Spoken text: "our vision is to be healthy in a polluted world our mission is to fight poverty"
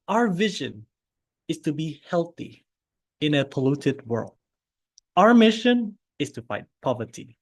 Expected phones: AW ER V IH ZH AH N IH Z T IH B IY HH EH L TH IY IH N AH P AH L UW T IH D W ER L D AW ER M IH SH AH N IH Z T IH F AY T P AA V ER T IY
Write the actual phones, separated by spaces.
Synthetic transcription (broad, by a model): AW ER V IH ZH AH N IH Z T IH B IY HH EH L TH IY IH N AH P AH L UW T IH D W ER L D AW ER M IH SH AH N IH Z T IH F AY T P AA V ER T IY